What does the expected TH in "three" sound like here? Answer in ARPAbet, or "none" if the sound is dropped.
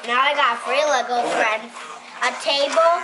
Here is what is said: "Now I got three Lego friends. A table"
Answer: F